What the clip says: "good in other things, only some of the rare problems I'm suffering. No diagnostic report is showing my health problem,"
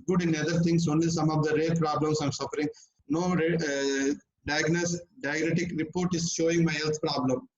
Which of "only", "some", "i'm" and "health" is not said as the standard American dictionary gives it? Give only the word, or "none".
health